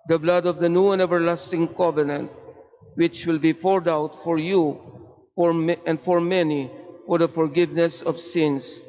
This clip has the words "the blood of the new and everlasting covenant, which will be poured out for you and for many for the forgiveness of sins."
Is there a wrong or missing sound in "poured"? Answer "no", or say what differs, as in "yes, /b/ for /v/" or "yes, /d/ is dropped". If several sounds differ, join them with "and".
yes, /f/ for /p/